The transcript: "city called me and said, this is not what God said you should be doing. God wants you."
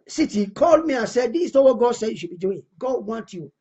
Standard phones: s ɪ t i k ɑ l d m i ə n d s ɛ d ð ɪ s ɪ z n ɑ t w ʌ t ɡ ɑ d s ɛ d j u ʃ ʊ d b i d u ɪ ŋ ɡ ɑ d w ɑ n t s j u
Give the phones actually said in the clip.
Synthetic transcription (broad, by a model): s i t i k ɑ l d m i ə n s ɛ d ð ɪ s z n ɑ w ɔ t ɡ ɑ d s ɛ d j u ʃ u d b i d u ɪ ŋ ɡ ɑ d w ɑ n t j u